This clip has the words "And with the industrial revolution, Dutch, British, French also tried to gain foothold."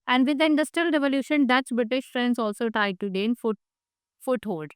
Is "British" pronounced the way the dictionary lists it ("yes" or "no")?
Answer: yes